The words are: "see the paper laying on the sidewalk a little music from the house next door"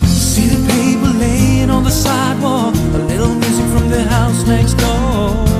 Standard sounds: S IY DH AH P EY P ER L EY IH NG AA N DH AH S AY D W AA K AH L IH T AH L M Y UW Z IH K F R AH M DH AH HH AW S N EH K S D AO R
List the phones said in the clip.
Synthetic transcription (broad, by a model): S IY DH AH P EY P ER L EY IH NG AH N DH AH S AY D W AA AH L IH T L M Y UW Z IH F R AH M DH AH HH AW S N EH K S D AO